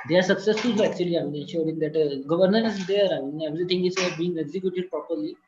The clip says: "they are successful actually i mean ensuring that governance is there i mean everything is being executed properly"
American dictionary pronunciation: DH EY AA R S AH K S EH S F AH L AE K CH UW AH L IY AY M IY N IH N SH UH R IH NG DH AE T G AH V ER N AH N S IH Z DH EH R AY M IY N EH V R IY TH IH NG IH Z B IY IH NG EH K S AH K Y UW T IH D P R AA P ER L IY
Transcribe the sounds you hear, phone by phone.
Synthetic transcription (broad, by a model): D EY AA R S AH K S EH S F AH L AE K CH UW AH L IY AY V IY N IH N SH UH R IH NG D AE T G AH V ER N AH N IH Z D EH R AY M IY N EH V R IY T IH NG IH S B IY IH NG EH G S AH K Y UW T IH D P R AA P ER L IY